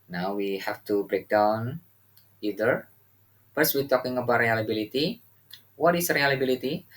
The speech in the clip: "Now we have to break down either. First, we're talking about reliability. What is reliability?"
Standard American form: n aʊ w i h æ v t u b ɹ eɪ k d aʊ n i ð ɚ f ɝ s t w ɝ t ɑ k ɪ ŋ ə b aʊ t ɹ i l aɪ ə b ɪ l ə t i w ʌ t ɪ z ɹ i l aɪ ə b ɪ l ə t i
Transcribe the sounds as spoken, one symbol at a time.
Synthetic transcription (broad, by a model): n aʊ w i h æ f t u b ɹ eɪ k d aʊ n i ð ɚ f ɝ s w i t ɑ k ɪ ŋ ə b aʊ t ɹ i l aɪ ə b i l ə t i w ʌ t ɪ s ɹ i l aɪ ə b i l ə t i